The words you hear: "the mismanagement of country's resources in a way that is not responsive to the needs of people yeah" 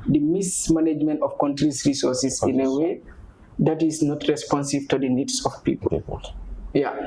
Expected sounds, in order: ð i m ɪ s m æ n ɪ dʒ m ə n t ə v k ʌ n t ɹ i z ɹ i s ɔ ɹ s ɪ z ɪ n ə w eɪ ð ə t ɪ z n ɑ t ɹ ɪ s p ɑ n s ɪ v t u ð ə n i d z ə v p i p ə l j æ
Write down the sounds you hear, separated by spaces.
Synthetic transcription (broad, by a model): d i m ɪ s m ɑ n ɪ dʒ m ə n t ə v k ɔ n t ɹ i s ɹ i s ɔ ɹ s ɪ s ɪ n ə w eɪ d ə t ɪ s n ɑ t ɹ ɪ s p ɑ n s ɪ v t u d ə n i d s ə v p i p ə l j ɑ